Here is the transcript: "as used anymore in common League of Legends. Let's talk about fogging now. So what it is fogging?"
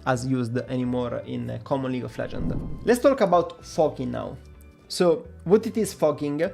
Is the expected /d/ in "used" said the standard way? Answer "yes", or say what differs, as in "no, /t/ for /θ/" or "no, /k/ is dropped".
yes